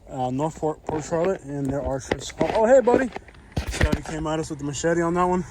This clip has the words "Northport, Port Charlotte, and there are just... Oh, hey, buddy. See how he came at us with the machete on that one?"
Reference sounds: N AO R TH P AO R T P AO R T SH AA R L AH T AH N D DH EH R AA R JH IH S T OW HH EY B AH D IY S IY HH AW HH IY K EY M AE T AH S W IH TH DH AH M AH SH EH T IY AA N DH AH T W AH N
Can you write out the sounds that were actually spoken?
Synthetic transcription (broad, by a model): N AO R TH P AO R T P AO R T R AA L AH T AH N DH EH R AA R CH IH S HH OW HH EY B AH D IY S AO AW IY K EY M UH T AH S W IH DH AH M AH SH EH T IY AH N DH AH T W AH N